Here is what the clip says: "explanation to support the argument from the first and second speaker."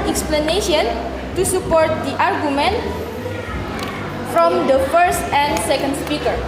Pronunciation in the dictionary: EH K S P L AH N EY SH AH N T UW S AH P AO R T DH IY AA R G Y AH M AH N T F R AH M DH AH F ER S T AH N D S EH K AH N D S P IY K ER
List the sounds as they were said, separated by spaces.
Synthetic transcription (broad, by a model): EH K S P L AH N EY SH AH N T UW S AH P AO R T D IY AA R G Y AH M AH N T F R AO M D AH F ER S T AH N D S EH K AH N D S P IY K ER